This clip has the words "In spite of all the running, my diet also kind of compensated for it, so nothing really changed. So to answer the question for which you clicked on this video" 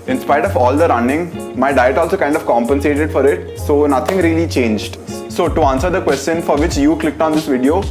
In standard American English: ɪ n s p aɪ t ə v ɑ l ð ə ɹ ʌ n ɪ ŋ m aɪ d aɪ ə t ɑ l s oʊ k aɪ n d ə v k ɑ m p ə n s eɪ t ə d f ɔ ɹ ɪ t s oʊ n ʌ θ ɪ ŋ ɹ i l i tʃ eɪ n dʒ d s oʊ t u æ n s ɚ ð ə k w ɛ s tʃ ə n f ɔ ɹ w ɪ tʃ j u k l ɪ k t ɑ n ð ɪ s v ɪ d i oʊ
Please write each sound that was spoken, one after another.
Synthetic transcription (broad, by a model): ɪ n s p aɪ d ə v ɑ l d ə ɹ ʌ n ɪ ŋ m aɪ d aɪ ə t ɑ l s oʊ k aɪ n d ə v k ɑ m p ə n s eɪ t ə d f ɔ ɹ ɪ t s oʊ n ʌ t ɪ ŋ ɹ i l i tʃ eɪ n dʒ d s oʊ t u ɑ n s ɚ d ə k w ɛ s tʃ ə n f ɔ ɹ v ɪ tʃ j u k l ɪ k t ɑ n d ɪ s v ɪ d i oʊ